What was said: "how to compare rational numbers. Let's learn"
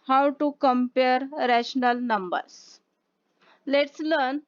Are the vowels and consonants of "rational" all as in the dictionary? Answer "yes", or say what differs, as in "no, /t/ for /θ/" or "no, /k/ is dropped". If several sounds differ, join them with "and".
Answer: yes